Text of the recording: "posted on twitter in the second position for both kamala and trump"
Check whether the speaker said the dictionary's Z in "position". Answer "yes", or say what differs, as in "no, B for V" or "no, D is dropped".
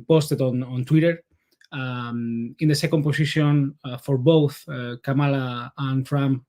no, S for Z